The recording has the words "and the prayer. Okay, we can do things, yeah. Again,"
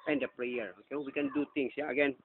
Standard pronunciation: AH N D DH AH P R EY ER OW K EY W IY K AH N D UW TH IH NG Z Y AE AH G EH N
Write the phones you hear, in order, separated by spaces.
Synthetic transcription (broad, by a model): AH N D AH P R EY ER OW K EY W IY K AH N D UW T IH NG S Y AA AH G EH N